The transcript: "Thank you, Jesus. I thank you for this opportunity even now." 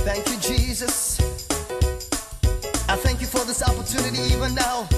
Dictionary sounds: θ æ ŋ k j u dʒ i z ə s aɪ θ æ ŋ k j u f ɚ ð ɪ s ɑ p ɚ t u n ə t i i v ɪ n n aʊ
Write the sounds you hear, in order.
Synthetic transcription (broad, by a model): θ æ ŋ k j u dʒ i z ə s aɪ θ æ ŋ k j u f ɚ ð ɪ s ɑ p ɚ t u n ə t i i v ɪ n n aʊ